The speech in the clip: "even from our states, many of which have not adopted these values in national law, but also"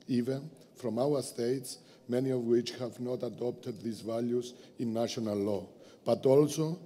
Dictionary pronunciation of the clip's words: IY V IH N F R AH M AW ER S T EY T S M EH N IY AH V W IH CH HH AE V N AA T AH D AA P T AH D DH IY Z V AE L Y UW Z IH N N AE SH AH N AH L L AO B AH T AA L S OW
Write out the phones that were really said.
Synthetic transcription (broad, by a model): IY V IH N F R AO M AW ER S T EY T S M EH N IY AH V W IH CH HH AE V N AA T AH D AA P T AH D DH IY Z V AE L Y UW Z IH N N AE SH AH N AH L L AO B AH T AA L S OW